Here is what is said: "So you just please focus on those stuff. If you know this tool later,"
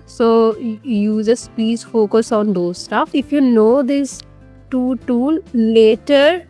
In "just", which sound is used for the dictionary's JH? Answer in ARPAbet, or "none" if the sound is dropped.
Z